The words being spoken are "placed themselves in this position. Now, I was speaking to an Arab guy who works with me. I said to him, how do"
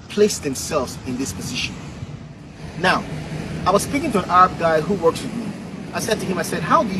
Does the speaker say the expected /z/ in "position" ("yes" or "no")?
yes